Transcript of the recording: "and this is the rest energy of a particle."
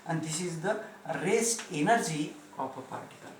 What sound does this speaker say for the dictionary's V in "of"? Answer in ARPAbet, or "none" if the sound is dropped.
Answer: P